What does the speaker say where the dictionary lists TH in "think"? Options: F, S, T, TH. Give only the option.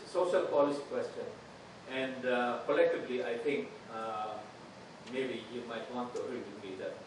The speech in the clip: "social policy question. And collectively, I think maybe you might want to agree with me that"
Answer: T